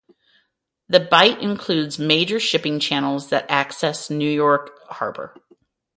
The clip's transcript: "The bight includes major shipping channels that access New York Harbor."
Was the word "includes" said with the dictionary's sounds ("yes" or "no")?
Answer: yes